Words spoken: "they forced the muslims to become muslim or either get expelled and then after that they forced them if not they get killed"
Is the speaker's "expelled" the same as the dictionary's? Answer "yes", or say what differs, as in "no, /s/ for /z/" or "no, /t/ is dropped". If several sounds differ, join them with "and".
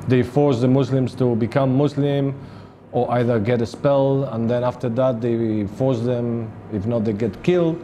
no, /k/ is dropped